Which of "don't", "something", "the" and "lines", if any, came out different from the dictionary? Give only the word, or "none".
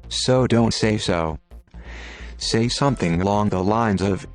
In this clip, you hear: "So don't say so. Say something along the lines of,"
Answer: none